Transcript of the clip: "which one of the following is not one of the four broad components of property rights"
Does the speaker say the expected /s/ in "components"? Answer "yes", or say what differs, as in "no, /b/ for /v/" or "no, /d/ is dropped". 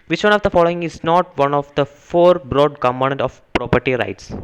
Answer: no, /s/ is dropped